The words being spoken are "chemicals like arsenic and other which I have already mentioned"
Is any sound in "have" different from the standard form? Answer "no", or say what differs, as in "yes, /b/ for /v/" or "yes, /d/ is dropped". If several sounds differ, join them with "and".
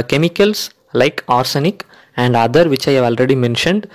no